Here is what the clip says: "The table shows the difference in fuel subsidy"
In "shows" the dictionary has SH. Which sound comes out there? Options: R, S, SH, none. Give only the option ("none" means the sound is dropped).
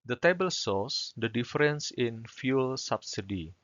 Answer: S